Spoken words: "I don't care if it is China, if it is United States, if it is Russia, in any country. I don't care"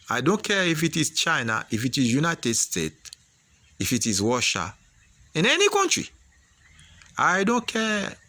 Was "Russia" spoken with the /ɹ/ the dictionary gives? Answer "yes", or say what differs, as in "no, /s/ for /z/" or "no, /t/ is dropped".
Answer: no, /w/ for /ɹ/